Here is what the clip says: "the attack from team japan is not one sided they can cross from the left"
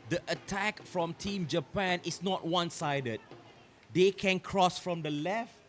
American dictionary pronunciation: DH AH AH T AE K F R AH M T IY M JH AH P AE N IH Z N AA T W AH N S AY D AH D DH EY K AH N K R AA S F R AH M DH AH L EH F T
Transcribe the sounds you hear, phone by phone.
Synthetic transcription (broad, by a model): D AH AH T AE K F R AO M T IY M JH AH P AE N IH S N AA T W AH N S AY D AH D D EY K AH N K R AA S F R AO M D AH L EH F T